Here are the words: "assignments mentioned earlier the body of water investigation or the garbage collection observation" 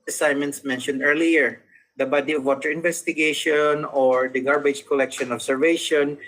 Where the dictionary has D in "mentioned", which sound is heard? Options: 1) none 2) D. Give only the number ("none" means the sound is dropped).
2